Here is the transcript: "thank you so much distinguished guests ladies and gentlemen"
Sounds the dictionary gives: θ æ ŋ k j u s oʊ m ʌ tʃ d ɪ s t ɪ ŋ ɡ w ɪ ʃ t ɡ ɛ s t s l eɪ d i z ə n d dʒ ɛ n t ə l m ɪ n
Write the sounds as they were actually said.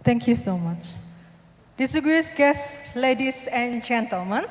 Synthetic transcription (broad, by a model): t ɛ ŋ k j u s oʊ m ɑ tʃ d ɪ s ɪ ɡ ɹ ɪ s ɡ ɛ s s l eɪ d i s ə n dʒ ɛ n t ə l m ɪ n